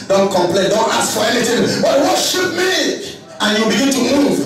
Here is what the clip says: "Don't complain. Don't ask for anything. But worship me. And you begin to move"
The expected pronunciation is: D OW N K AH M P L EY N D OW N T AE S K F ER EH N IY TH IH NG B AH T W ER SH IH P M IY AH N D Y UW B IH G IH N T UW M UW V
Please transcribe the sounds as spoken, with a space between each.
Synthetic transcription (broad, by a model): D OW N K AH M P L EY N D OW N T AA S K F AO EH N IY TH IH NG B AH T W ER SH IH P M IY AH N Y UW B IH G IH N T UW M UW V